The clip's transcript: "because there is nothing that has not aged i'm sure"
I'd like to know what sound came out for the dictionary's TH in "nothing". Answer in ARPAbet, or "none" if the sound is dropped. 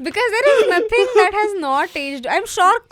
T